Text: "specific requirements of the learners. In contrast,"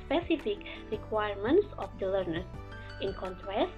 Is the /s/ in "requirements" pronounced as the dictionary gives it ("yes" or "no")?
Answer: yes